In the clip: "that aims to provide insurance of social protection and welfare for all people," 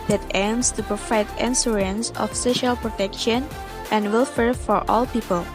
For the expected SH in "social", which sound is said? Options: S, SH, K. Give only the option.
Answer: SH